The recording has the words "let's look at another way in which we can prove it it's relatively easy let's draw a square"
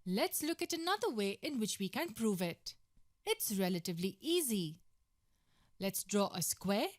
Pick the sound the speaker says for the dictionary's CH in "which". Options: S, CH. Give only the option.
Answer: CH